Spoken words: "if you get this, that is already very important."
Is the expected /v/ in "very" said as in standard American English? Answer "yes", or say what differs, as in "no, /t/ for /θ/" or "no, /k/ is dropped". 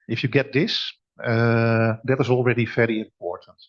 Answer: no, /f/ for /v/